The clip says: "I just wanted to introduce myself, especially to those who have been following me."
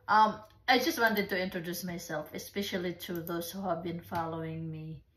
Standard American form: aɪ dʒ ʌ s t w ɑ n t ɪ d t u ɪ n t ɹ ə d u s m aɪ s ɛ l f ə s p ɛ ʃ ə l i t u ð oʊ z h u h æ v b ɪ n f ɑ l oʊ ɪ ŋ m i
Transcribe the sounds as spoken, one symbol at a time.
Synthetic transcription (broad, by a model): aɪ dʒ ʌ s t w ɑ n t ɪ d t u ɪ n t ɹ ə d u s m aɪ s ɛ l f ə s p ɛ ʃ ə l i t u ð oʊ s h u h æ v b ɪ n f ɑ l oʊ ɪ ŋ m i